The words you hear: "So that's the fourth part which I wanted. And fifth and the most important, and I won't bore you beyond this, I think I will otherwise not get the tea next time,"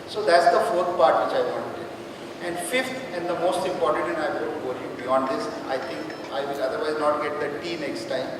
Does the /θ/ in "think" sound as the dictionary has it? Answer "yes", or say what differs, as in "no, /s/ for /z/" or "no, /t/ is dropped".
no, /t/ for /θ/